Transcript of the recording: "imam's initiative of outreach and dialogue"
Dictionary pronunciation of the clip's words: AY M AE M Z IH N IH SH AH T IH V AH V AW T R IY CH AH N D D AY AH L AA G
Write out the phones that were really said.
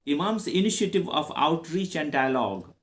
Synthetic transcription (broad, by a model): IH M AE M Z IH N IH SH AH T IH V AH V AW T R IY CH AH N D D AY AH L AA G